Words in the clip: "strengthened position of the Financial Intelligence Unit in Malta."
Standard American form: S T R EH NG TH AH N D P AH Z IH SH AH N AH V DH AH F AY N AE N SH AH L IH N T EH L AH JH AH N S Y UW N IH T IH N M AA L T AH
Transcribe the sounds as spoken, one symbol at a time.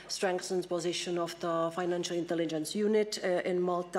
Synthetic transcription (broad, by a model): S T R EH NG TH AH N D P AH Z IH SH AH N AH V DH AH F AY N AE N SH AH L IH N T EH L AH JH AH N S Y UW N IH T IH N M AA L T